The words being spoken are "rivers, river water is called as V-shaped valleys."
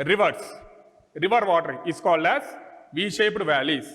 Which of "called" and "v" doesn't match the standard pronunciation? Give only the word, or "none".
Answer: none